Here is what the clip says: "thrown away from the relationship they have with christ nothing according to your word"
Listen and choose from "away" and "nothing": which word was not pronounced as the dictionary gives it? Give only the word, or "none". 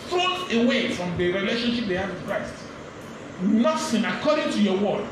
nothing